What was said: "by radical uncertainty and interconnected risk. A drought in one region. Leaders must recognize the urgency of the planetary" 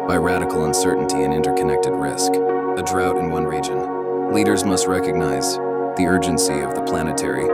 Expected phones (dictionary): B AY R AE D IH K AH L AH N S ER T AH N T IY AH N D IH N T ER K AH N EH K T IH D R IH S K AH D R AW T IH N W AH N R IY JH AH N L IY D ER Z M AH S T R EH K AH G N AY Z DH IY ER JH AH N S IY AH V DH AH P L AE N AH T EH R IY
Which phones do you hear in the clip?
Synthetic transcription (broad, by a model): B AY R AE D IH K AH L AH N S ER T N T IY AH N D IH N T ER K AH N EH K T IH D R IH S K AH D R AW T IH N W AH N R IY JH AH N L IY D ER Z M AH S T R EH K AH G N AY Z DH IY ER JH AH N S IY AH V DH AH P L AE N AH T EH R IY